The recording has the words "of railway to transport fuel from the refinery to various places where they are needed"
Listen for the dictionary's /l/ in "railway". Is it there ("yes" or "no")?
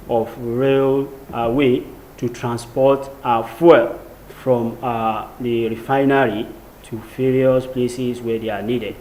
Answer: yes